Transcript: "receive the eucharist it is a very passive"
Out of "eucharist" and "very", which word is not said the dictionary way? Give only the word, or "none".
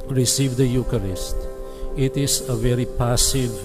none